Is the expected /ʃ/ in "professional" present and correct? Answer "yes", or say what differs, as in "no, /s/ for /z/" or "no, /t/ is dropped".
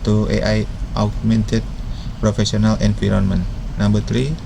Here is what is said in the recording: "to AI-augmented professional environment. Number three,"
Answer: no, /s/ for /ʃ/